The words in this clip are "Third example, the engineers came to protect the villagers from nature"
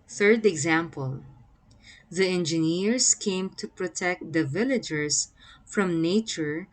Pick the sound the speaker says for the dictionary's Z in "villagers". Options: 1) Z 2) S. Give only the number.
2